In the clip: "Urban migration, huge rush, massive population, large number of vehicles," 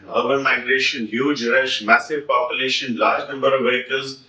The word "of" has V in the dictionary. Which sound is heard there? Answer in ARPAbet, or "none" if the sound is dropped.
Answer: V